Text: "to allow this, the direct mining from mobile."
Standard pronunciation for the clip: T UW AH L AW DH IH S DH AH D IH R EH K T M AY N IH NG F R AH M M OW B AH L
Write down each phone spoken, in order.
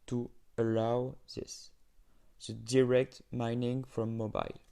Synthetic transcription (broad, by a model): T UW AH L AW DH IH S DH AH D IH R EH K T M AY N IH NG F R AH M M OW B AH L